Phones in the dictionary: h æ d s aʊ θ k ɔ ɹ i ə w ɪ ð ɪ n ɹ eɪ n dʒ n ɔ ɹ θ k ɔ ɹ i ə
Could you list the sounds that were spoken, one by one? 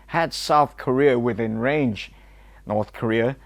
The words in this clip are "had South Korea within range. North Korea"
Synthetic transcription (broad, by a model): h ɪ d s aʊ θ k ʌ ɹ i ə w ɪ ð ɪ n ɹ eɪ n dʒ n ɔ ɹ θ k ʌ ɹ i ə